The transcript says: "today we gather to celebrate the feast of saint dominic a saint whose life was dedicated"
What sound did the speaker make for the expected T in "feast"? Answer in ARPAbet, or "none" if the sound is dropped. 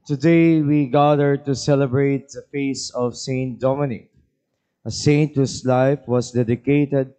none